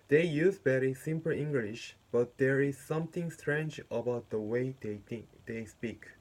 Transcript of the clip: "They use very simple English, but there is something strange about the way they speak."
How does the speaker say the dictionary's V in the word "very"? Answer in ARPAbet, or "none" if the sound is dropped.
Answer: B